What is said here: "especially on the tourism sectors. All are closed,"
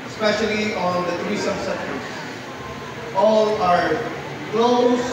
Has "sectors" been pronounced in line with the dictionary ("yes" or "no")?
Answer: no